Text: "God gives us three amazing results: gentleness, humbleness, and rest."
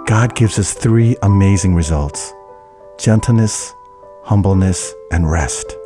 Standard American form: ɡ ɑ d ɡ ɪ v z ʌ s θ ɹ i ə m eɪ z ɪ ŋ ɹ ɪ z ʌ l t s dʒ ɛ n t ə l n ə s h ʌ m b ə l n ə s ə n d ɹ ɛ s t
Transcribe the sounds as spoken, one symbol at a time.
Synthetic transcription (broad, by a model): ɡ ɑ d ɡ ɪ v z ʌ s θ ɹ i ə m eɪ z ɪ ŋ ɹ ɪ z ʌ l t s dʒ ɛ n t l n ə s h ʌ m b l n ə s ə n ɹ ɛ s t